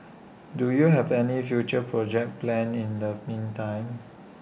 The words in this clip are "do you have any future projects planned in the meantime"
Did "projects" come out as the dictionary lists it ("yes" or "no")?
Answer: no